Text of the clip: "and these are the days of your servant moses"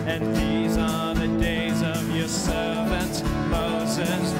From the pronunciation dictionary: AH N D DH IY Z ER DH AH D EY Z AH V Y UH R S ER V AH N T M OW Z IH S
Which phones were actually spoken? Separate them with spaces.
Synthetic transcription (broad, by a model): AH N DH IY Z ER DH AH D EY Z AH V Y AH R S ER V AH N T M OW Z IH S